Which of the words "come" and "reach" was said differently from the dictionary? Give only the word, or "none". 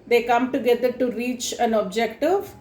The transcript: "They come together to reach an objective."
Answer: none